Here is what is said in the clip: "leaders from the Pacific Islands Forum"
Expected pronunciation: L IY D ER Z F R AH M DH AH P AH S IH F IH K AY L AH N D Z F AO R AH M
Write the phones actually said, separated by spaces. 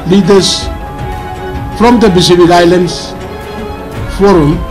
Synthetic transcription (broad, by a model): L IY D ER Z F R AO M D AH B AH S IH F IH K AY L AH N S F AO R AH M